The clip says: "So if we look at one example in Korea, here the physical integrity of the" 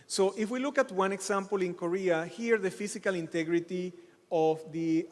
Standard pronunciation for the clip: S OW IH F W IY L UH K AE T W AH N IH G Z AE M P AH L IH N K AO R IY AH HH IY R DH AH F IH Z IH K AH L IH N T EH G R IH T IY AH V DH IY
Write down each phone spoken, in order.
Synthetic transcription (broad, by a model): S OW IH F W IY L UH K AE T W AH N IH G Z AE M P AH L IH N K AO R IY AH HH IY R DH AH F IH S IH K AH L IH N T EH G R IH T IY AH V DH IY